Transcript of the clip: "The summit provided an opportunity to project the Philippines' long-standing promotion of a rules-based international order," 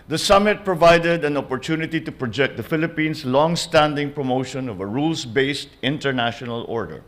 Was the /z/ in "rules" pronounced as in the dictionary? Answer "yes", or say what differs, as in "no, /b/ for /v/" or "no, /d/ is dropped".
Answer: no, /s/ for /z/